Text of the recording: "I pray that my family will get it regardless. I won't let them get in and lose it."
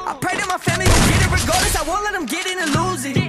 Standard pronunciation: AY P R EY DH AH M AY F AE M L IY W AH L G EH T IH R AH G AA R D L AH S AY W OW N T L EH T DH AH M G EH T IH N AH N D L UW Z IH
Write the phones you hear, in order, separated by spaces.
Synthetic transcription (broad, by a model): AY P R EY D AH M AY F AE M L IY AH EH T IH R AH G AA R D AH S AY W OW N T L EH T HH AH M G EH T IH N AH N L UW Z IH